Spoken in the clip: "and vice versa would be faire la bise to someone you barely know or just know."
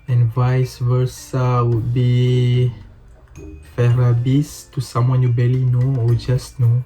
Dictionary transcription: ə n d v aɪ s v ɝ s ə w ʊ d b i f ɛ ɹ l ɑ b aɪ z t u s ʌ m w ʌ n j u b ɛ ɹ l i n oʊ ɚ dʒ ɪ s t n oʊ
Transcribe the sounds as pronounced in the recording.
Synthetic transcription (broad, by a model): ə n v aɪ s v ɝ s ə w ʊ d b i f ɛ ɹ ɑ b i s t u s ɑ m w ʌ n j u b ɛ l i n oʊ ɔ dʒ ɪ s n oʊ